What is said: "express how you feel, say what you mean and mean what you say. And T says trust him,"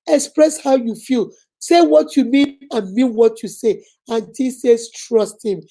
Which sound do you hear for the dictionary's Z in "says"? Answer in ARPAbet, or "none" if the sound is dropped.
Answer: S